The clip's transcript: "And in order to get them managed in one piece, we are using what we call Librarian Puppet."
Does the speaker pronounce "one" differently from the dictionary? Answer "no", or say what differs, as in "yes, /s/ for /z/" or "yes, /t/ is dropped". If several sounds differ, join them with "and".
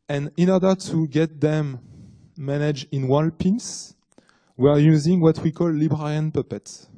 yes, /l/ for /n/